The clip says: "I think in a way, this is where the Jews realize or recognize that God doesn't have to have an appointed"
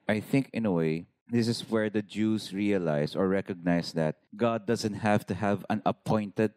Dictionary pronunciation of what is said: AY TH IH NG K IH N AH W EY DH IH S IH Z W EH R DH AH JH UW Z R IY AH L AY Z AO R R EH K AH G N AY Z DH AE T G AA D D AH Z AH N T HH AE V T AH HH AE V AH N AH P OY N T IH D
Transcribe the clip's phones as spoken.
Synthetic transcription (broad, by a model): AY TH IH NG K IH N AH W EY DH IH S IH S W EH R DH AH JH UW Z R IY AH L AY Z AO R R EH K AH G N AY S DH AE T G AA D D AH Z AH N T HH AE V T AH HH AE V AH N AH P OY N T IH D